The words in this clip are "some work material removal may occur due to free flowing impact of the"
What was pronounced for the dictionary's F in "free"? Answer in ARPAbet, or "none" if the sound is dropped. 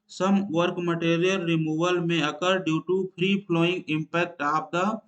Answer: P